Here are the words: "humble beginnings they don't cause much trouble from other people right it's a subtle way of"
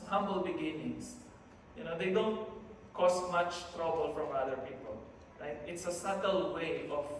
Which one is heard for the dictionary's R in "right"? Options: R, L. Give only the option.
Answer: L